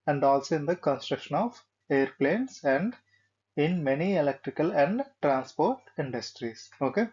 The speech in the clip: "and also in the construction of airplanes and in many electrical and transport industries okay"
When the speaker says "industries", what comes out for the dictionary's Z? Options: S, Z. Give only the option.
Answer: S